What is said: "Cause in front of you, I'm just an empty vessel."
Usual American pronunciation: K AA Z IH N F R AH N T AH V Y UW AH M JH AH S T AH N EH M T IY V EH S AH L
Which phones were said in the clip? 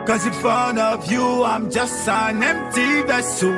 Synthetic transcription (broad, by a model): K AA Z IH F AH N AH V Y UW AH M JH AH S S AH N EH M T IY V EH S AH